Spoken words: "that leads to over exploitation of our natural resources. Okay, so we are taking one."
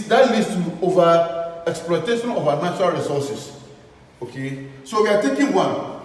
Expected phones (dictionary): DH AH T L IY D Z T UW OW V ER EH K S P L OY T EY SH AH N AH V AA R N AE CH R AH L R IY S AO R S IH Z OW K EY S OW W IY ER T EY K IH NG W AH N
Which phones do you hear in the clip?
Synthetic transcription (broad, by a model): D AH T L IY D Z T UW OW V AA EH K S P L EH T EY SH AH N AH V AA N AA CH R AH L R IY S AO S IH S OW K EY S OW W IY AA T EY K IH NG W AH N